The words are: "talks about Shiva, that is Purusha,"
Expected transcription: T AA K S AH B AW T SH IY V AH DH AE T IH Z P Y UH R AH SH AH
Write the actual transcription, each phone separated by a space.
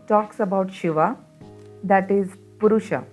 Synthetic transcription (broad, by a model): T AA K S AH B AW T SH IY V AH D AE T IH Z P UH R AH SH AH